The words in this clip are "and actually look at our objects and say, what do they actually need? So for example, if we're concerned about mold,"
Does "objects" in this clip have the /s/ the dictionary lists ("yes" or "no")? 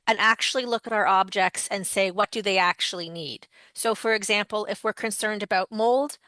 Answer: yes